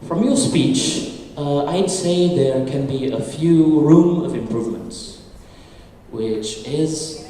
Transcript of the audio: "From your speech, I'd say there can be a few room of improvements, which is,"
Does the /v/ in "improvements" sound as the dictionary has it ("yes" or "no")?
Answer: yes